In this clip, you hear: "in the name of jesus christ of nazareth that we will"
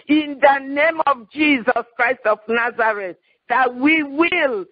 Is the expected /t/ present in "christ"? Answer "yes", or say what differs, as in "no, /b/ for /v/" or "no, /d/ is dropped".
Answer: yes